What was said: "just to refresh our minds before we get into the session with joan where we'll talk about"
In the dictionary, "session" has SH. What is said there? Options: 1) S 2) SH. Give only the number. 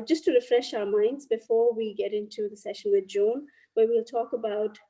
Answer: 2